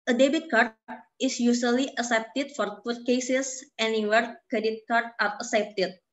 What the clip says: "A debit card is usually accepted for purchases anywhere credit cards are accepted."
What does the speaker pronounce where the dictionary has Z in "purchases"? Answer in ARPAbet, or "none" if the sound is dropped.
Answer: S